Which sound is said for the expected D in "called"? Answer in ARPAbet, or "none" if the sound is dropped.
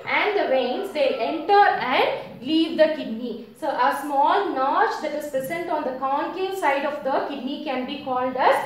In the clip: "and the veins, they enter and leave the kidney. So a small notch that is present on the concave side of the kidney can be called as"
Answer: D